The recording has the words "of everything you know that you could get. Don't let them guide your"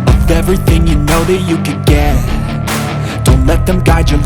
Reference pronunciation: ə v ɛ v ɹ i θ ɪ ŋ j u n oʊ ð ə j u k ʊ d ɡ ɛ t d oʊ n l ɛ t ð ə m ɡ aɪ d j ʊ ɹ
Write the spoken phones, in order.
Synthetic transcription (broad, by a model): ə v ɛ v ɹ i θ ɪ ŋ j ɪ n oʊ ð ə j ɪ k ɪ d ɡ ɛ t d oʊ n l ɛ t ð ə m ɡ aɪ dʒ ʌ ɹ